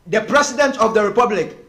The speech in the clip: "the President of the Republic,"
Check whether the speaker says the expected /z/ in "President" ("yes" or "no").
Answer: no